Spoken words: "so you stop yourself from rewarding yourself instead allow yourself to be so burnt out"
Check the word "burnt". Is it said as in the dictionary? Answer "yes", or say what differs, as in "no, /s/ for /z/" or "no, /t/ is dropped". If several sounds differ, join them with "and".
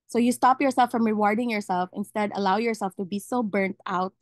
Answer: yes